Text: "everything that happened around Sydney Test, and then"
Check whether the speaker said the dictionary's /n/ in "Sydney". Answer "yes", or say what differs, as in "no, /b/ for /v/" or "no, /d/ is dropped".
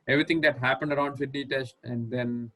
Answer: no, /n/ is dropped